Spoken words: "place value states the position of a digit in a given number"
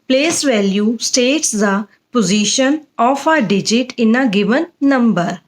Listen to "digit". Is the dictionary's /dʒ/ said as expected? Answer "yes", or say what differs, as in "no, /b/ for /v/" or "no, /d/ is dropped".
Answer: yes